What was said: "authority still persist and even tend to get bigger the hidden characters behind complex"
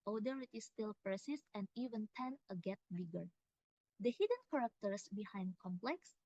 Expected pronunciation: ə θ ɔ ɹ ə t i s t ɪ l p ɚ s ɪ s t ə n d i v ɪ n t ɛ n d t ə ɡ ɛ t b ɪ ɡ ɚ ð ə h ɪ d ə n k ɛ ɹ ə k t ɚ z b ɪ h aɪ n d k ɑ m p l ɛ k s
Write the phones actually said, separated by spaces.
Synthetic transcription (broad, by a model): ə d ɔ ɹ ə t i s t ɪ l p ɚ s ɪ s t ə n d i v ɪ n t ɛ n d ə ɡ ɛ t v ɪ ɡ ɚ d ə h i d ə n k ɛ ɹ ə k t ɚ s b ɪ h aɪ n d k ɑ m p l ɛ k s